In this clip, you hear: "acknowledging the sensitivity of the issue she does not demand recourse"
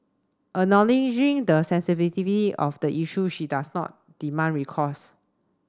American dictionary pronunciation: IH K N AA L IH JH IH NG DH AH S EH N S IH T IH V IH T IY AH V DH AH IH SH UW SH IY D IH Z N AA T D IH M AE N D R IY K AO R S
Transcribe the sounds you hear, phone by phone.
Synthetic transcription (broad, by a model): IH N AA L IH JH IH NG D AH S EH N S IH T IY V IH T IY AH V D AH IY SH UW SH IY D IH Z N AA T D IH M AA N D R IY K AO S